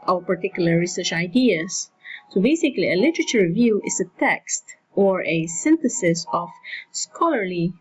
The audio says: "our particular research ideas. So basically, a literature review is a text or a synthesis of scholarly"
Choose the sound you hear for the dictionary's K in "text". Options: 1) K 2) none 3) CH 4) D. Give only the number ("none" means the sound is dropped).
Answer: 1